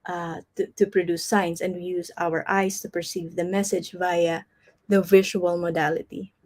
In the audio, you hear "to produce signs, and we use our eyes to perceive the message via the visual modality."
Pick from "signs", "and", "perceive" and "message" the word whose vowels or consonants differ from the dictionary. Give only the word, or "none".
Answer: signs